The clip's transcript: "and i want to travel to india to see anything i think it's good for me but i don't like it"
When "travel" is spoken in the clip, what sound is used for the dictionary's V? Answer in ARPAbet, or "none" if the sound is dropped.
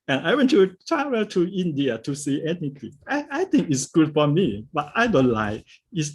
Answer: W